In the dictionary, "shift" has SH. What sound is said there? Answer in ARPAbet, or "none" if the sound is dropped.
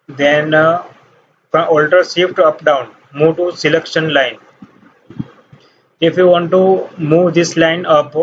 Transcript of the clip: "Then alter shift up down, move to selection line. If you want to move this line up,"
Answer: S